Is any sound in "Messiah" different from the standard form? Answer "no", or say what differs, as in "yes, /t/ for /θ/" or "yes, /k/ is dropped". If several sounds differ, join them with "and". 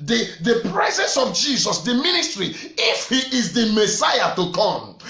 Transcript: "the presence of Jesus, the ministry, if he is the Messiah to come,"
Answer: no